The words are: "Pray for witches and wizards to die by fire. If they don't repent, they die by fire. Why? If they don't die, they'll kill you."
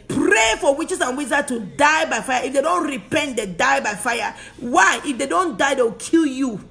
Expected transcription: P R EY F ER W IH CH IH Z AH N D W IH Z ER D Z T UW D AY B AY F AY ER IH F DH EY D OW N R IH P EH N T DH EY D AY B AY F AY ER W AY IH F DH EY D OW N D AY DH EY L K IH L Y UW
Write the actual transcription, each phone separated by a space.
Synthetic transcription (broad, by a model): P R EY F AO W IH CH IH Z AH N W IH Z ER T UW D AY B AY F AY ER IH F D EY D OW N R IH P EH N T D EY D AY B AY F AY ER W AY IH F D EY D OW N D AY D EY W K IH L Y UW